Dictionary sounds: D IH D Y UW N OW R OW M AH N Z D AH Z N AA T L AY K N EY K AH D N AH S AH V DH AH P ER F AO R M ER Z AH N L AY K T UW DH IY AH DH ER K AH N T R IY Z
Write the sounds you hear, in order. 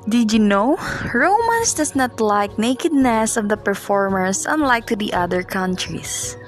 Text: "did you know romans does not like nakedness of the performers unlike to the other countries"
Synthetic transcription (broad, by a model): D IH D Y UW N OW R OW M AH N S D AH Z N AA T L AY K N EY K AH D N AH S AH V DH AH P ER F AO R M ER S AH N L AY K T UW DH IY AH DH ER K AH N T R IY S